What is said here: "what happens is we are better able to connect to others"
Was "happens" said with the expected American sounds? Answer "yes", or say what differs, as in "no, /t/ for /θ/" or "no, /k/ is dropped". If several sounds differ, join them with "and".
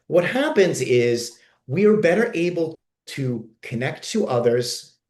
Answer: yes